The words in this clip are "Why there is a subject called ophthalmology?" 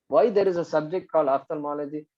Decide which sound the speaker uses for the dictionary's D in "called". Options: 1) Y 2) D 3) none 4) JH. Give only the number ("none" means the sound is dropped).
3